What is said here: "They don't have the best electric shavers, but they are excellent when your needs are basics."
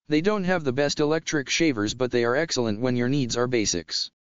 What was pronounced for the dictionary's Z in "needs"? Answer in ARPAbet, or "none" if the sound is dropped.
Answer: Z